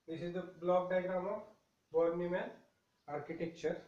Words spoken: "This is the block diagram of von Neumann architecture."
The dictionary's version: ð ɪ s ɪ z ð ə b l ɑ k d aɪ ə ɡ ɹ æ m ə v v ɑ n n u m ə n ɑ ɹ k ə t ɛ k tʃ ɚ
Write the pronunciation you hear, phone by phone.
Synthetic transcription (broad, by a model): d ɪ s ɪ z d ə b l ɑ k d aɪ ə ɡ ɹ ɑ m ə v b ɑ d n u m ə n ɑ ɹ k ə t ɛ k tʃ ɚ